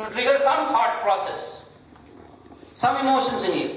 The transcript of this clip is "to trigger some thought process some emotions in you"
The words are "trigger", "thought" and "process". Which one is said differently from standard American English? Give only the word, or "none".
thought